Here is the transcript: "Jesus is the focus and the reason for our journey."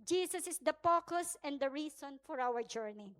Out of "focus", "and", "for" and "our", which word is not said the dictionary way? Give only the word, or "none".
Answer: focus